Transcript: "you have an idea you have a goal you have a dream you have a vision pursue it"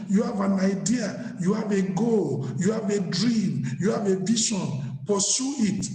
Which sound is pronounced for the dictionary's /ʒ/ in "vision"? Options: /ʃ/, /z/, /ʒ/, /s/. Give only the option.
/ʃ/